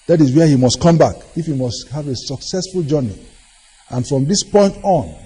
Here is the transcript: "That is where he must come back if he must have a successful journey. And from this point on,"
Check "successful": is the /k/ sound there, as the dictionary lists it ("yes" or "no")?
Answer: yes